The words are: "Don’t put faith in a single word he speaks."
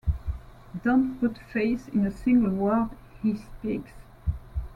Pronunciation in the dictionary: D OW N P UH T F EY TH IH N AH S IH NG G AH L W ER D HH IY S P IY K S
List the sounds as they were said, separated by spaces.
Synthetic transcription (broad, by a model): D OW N P UH T F EY S IH N AH S IH NG G AH L W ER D HH IY S P IY K S